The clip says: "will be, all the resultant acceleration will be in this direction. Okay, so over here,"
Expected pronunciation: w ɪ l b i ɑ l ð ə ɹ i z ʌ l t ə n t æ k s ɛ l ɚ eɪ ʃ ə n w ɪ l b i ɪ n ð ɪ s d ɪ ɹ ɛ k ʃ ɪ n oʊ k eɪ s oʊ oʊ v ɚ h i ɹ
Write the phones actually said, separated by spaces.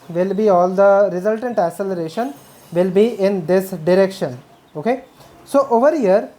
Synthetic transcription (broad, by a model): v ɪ l b i ɑ l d ə ɹ i z ʌ l t ə n t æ s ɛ l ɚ eɪ ʃ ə n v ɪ l b i ɪ n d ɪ s d ɪ ɹ ɛ k ʃ ɪ n oʊ k eɪ s oʊ oʊ v ɚ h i ɹ